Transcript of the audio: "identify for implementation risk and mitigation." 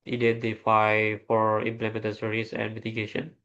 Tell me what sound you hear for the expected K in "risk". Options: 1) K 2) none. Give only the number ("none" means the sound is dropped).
2